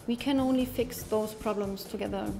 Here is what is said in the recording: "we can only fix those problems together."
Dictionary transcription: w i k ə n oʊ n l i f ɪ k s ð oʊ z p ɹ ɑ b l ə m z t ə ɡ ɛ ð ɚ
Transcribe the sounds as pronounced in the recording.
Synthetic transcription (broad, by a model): w i k ə n oʊ n l i f ɪ k s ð oʊ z p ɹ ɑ b l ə m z t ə ɡ ɛ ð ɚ